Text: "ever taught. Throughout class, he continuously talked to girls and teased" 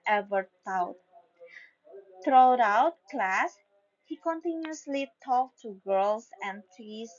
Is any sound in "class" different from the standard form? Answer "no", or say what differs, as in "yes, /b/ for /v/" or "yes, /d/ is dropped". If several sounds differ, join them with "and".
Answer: no